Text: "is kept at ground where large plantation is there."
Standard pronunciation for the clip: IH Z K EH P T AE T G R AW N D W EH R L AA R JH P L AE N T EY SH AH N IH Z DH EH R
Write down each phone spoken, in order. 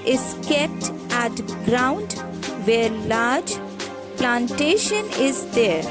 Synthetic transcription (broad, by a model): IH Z K EH P T AE T G R AW N D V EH R L AA R JH P L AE N T EY SH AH N IH Z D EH R